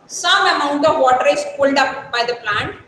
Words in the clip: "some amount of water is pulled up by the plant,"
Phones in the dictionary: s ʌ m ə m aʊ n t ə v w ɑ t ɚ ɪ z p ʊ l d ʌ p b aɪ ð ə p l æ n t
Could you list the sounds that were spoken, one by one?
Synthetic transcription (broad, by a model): s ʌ m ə m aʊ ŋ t ə v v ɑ t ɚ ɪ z p ʊ l d ʌ p b aɪ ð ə p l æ n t